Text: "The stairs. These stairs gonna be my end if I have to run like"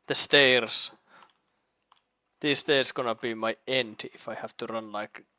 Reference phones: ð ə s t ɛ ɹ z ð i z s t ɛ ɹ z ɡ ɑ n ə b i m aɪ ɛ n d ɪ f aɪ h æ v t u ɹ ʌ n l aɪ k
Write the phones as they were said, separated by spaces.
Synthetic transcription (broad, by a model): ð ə s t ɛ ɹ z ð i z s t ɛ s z ɡ ɑ n ə b i m aɪ ɛ n d ɪ f aɪ h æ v t u ɹ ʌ n l aɪ k